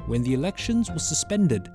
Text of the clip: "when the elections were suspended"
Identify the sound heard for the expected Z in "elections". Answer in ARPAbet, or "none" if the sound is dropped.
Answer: Z